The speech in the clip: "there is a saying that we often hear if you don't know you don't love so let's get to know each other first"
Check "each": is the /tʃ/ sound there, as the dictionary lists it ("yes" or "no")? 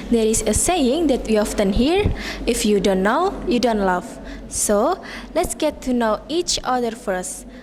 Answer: yes